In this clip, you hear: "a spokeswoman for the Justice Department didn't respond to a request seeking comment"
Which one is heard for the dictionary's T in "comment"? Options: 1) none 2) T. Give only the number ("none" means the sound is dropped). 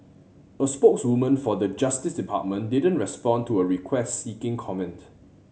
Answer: 2